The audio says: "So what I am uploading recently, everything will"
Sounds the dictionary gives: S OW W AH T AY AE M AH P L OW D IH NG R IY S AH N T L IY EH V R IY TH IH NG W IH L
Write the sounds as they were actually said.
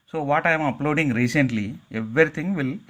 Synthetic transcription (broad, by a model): S OW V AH T AY M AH P L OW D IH NG R IY S AH N T L IY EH V R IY T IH NG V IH L